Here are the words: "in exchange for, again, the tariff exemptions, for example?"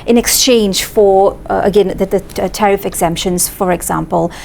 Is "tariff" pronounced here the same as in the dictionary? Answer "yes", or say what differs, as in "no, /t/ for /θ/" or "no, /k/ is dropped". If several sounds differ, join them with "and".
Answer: yes